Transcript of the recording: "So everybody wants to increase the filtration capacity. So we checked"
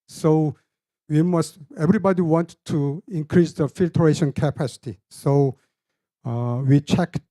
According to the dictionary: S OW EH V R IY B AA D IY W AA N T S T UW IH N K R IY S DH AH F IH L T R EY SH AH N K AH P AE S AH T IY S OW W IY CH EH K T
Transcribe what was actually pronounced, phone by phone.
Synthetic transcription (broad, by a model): S OW EH V R IY B AA D IY W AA N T T UW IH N K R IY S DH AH F IH L T R EY SH AH N K AH P AE S AH T IY S OW W IY CH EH K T